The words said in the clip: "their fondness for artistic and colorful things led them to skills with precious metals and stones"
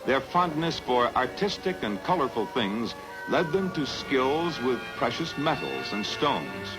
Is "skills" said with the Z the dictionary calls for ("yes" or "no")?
yes